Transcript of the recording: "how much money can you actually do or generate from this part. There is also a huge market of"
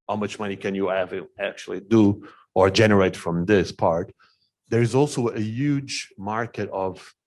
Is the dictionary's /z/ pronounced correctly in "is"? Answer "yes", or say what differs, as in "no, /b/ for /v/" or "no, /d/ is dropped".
yes